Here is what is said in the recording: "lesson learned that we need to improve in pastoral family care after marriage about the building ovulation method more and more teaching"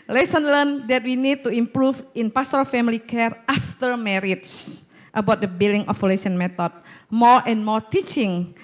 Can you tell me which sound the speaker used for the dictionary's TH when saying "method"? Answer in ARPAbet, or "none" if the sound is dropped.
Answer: T